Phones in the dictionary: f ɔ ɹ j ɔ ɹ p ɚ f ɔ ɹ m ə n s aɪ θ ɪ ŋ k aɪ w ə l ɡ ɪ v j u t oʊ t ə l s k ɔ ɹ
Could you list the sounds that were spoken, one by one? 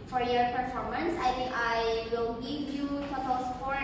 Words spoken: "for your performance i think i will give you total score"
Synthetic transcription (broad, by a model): f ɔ ɹ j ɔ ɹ p ɚ f ɔ ɹ m ə n s aɪ t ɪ ŋ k aɪ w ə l ɡ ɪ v j u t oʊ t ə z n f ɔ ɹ